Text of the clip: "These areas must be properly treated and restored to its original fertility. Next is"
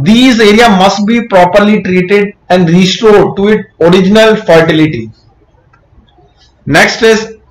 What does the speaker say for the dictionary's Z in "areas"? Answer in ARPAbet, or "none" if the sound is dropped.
none